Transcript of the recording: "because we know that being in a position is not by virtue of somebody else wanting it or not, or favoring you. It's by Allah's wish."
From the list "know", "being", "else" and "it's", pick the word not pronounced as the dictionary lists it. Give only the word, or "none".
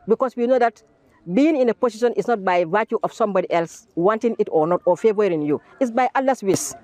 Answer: none